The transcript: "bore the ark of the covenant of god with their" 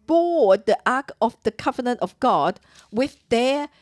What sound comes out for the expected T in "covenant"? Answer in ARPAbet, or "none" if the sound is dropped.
T